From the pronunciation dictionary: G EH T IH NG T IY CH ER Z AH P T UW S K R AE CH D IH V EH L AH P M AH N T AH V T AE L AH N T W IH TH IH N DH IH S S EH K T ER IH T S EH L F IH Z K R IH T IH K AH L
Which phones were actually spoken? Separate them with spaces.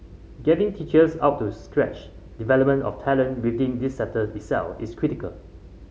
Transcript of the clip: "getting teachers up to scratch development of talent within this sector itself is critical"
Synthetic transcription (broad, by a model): G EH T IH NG T IY CH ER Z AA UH T UW S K R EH CH D IH V EH L AH P M AH N T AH F T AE L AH N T W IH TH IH N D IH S S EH T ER IH T S EH L F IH S K R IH T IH K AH L